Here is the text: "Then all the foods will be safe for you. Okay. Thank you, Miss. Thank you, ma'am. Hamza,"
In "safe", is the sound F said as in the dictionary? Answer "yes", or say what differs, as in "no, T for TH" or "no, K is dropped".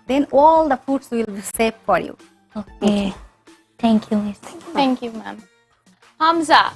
no, P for F